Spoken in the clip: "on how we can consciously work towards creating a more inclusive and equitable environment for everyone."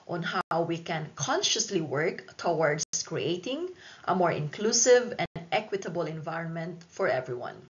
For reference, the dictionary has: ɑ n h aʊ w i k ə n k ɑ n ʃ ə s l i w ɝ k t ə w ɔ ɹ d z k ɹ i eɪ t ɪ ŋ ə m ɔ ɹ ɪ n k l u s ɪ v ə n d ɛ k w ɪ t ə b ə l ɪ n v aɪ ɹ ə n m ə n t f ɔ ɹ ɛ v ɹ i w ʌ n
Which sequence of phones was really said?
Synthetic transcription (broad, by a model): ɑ n h aʊ w i k ə n k ɑ n ʃ ə s l i w ɝ k t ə w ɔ ɹ d s k ɹ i eɪ t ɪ ŋ ə m ɔ ɹ ɪ n k l u s ɪ v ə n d ɛ k w ɪ t ə b ə l ɪ n v aɪ ɹ ə n m ə n t f ɔ ɹ ɛ v ɹ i w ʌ n